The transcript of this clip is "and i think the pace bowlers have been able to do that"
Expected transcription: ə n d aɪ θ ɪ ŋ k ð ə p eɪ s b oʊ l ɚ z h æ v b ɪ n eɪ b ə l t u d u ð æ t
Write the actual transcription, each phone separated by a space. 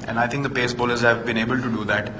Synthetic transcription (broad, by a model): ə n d aɪ t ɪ ŋ k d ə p eɪ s b oʊ l ɚ z h æ v b ɪ n eɪ b ə l t u d u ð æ t